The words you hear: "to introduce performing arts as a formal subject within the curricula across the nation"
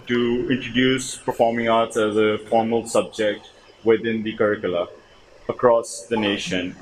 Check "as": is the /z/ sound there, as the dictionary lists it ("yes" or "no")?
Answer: yes